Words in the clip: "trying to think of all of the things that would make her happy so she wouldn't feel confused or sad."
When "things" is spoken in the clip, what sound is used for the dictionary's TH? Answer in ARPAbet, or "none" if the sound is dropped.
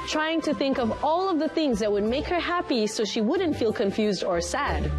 TH